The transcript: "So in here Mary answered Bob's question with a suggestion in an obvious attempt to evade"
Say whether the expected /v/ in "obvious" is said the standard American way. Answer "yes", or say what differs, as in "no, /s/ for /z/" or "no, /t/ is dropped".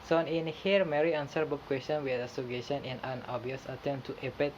no, /v/ is dropped